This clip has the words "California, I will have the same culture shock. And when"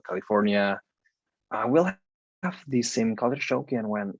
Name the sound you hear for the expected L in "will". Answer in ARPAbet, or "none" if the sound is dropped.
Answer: L